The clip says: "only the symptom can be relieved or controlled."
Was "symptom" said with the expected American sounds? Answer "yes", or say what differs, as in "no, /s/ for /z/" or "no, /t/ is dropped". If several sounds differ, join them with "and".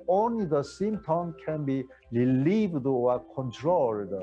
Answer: no, /p/ is dropped